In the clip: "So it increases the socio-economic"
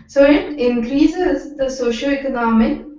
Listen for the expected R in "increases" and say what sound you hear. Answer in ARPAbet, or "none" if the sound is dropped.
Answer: R